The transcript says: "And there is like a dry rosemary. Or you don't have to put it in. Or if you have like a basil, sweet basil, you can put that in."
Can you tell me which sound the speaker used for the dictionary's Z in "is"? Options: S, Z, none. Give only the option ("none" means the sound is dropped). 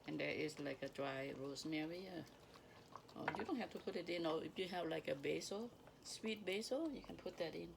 S